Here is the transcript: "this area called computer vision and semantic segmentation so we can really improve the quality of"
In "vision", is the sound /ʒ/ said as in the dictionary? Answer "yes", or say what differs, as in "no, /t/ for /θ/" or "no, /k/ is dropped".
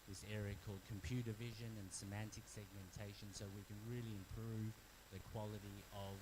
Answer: yes